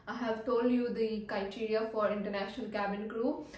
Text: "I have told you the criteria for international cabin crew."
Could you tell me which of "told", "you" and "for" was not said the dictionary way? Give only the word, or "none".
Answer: none